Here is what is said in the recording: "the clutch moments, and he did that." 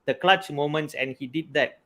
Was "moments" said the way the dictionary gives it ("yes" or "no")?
yes